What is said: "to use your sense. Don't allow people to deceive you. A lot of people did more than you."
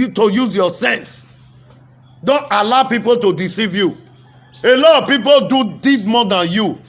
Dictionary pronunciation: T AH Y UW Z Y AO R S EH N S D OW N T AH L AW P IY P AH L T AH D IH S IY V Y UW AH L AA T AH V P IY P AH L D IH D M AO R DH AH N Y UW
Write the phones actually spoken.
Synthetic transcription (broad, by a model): T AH Y UW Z Y AO S EH N S D OW N T AH L AW P IY P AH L T AH D IH S IY V Y UW AH L AA T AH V P IY P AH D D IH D M AO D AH N Y UW